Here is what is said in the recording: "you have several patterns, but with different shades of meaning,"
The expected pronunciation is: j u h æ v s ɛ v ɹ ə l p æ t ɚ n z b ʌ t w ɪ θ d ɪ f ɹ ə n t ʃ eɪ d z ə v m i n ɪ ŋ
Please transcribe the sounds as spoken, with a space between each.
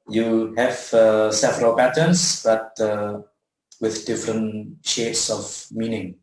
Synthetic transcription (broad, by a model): j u h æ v s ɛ f ɹ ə p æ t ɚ n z b ʌ t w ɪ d d ɪ f ɹ ə n t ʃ eɪ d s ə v m i n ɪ ŋ